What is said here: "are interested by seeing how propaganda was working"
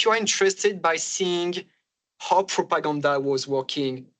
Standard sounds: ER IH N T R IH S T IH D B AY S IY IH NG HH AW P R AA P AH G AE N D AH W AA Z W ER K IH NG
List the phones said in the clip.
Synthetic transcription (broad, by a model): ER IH N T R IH S T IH D B AY S IY IH NG HH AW P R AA P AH G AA N D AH W AA Z W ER K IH NG